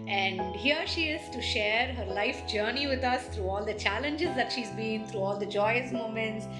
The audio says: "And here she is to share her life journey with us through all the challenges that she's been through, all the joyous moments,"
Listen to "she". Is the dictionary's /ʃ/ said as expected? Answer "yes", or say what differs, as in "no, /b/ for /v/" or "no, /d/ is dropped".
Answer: yes